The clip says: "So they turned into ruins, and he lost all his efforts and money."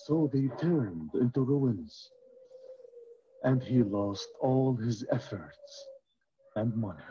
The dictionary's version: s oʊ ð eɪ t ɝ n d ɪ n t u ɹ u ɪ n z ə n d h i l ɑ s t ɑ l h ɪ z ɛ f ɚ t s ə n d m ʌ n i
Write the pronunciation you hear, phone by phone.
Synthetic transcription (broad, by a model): s oʊ ð eɪ t ɝ n d ɪ n t u ɹ u ɪ n z ə n d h i l ɑ s t ɑ l h ɪ z ɛ f ɚ t s ə n d m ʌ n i